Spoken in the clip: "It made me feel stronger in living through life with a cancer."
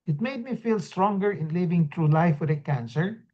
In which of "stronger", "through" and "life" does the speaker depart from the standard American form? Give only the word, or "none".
through